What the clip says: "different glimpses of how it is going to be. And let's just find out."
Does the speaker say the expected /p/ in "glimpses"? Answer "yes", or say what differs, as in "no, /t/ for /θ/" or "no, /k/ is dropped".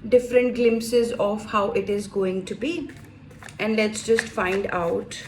yes